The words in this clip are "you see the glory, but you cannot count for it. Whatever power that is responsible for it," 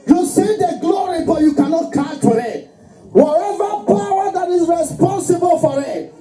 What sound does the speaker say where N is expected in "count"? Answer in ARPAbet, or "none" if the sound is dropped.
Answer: none